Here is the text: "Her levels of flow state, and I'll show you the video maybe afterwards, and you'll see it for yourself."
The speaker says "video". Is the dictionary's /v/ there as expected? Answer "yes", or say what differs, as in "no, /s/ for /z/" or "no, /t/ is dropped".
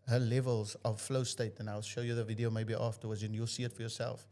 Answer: yes